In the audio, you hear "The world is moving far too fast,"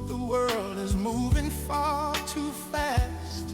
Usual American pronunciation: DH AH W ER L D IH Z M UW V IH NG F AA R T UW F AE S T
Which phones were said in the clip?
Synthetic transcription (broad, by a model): DH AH W ER L D IH Z M UW V IH NG F AA R T UW F AE S T